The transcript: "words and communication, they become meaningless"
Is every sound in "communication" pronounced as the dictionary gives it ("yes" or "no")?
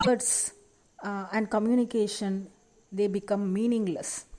yes